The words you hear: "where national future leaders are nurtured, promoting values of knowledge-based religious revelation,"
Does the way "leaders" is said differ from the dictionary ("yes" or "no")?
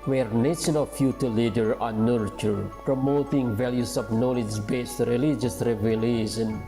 yes